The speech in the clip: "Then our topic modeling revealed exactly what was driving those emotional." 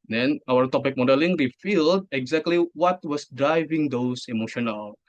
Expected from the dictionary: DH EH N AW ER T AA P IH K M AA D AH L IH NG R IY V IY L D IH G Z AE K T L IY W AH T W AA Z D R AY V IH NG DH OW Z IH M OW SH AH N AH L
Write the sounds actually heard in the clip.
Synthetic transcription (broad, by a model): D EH N AW ER T AA P IH K M AA D AH L IH NG R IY F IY L D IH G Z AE K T L IY W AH T W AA S D R AY V IH NG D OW S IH M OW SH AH N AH L